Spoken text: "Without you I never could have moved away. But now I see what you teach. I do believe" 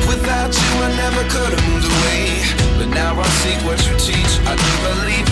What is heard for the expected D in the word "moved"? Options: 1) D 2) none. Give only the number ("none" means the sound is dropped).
2